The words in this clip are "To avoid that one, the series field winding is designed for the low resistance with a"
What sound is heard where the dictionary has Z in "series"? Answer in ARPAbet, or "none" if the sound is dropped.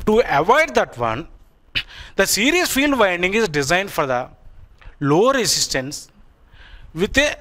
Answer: S